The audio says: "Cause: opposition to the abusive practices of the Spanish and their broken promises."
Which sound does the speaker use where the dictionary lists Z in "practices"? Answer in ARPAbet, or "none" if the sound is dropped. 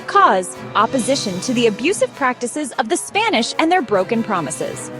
Z